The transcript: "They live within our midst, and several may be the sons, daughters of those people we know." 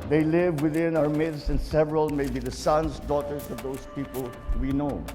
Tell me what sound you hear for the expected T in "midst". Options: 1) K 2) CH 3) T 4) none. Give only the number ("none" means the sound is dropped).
4